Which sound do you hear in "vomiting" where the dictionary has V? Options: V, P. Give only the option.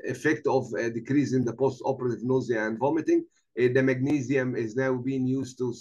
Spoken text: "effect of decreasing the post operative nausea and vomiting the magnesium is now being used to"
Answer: V